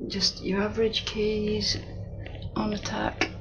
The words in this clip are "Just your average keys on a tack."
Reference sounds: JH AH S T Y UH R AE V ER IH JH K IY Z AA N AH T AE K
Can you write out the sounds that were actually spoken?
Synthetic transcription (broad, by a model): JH AH S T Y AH R AE V ER IH JH K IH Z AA N AH T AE K